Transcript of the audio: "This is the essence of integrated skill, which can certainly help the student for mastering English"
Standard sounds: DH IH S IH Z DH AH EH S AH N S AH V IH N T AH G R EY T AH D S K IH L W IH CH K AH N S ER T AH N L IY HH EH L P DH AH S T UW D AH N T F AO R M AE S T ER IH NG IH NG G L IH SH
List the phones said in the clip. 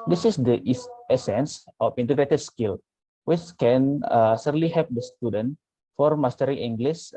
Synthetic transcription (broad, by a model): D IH S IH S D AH EH S AH N S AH F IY N T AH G R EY T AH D S K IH L W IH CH K AH N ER S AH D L IY HH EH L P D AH S T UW D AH N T F AO R M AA S T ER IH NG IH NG G L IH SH